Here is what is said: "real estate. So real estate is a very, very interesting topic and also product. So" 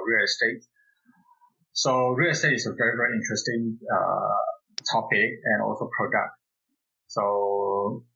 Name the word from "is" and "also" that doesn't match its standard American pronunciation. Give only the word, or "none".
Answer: is